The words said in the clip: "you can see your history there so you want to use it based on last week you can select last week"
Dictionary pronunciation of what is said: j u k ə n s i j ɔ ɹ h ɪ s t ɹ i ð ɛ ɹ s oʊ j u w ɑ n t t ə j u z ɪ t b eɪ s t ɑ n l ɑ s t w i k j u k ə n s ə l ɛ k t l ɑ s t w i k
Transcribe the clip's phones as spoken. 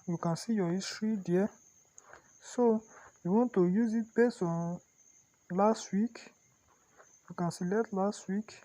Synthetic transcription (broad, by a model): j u k ə n s i j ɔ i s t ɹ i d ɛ s oʊ j u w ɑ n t t ə j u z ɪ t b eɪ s ɑ n l ɑ s t w i k j u k ə n s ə l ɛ t l ɑ s t w i k